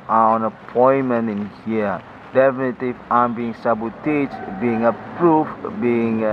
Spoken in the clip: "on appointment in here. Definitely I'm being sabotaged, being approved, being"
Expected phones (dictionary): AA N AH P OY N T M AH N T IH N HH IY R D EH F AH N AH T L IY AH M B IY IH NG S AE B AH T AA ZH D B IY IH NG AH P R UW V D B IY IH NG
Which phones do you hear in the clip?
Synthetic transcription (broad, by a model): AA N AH P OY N M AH N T IH N HH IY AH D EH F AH N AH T IY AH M B IY IH NG S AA B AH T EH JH B IY IH NG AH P R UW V B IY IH NG